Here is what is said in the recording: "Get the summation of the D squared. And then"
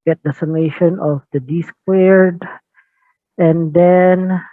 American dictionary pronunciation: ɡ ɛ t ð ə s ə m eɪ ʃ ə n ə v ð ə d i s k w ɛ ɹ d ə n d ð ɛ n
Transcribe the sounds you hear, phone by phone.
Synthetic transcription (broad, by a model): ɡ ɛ t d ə s ə m eɪ ʃ ə n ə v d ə d i s k w ɛ ɹ d ə n d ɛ n